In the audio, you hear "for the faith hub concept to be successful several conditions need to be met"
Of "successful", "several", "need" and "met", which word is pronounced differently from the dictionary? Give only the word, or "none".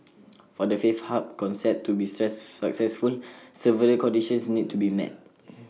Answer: several